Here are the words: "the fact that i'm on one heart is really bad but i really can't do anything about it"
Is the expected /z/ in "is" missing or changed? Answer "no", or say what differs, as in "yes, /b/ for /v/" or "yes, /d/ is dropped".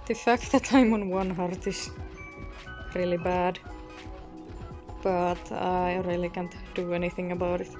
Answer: yes, /s/ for /z/